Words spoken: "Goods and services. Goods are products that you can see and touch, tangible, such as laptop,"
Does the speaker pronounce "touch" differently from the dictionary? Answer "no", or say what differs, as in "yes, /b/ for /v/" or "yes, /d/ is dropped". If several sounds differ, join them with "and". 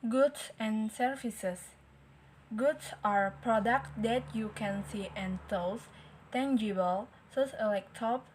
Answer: yes, /s/ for /tʃ/